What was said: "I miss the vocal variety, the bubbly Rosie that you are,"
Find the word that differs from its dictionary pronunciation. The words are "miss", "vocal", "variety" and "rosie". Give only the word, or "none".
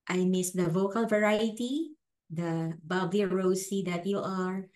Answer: rosie